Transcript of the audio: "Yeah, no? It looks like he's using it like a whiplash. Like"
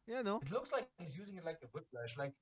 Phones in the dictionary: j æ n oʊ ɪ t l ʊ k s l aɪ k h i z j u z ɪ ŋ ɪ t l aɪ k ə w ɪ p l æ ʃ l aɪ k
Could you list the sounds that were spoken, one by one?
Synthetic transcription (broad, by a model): j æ n oʊ ɪ t l ʊ k s l aɪ k h i z j u z ɪ ŋ ɪ t l aɪ k ə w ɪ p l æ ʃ l aɪ k